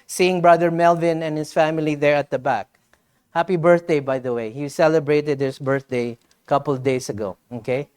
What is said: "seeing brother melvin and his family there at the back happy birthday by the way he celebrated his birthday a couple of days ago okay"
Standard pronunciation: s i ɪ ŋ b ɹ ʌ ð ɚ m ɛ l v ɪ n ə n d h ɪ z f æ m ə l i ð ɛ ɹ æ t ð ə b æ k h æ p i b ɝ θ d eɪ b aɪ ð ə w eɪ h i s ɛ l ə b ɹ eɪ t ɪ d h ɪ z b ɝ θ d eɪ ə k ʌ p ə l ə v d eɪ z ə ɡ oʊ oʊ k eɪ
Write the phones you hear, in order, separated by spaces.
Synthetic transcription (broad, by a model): s i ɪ ŋ b ɹ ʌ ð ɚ m ɛ l v ɪ n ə n h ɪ s f æ m ə l i ð ɛ ɹ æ t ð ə b æ k h æ p i b ɝ θ d eɪ b aɪ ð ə w eɪ h i s ɛ l ə b ɹ eɪ t ɪ d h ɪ s b ɝ θ d eɪ ə k ʌ p ə l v d eɪ s ə ɡ oʊ oʊ k eɪ